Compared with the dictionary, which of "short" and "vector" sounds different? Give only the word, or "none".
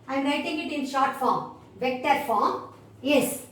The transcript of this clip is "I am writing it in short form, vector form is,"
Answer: none